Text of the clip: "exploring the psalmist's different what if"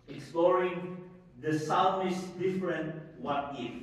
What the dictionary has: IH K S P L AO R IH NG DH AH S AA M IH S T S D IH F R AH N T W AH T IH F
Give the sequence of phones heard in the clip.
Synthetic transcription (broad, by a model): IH K S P L AO R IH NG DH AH S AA IH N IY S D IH F R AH N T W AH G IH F